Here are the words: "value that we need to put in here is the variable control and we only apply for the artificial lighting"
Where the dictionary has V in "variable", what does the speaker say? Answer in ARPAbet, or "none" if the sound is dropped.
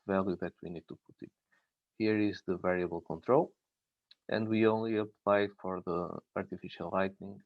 V